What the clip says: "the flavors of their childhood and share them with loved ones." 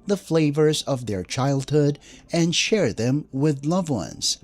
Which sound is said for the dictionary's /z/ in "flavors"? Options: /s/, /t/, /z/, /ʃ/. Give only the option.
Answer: /z/